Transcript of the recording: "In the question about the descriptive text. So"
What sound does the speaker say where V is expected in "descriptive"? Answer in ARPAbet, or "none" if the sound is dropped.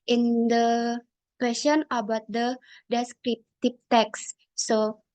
P